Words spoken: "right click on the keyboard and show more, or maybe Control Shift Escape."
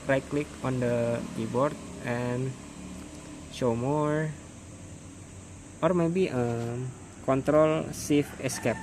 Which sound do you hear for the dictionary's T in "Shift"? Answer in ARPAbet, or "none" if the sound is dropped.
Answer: none